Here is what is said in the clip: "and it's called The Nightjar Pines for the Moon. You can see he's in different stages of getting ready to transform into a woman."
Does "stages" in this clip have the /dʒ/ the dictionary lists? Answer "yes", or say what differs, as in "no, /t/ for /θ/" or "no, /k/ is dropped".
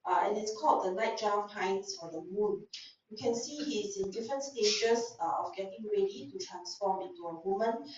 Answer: no, /ʃ/ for /dʒ/